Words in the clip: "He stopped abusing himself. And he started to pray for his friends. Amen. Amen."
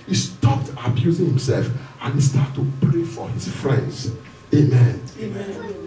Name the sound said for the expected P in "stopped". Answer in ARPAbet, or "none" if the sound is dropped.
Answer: P